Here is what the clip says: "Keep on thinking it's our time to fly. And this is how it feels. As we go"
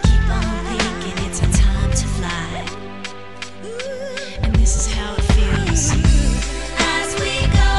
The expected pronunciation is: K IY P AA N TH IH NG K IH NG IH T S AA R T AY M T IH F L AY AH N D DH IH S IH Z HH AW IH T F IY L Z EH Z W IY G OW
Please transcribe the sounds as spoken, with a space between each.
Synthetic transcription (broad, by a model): K IY P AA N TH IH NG K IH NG IH T S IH T AY M T IH F L AY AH N DH IH S IH Z HH AW IH T F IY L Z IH Z W IY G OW